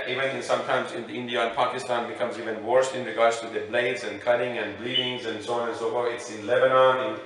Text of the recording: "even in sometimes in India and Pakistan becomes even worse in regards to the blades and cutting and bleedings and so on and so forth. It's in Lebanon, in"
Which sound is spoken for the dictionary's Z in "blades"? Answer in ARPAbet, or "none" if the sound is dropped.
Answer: Z